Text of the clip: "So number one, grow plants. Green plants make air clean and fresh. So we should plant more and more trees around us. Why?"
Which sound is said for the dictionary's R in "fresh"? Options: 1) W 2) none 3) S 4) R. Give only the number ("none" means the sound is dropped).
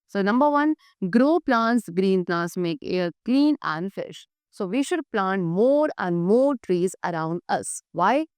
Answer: 2